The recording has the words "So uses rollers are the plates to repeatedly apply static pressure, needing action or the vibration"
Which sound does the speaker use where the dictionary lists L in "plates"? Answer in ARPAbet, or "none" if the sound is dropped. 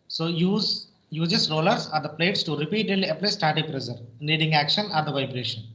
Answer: L